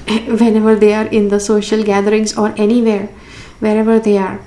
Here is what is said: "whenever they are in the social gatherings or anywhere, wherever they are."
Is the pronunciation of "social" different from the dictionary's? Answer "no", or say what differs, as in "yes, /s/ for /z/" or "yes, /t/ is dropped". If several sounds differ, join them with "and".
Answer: no